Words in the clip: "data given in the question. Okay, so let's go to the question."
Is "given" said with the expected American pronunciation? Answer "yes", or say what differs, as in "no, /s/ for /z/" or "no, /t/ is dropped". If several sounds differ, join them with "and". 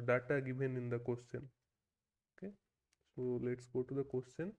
no, /b/ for /v/